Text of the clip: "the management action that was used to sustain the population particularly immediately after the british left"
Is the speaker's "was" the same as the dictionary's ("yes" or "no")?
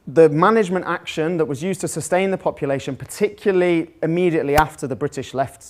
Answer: yes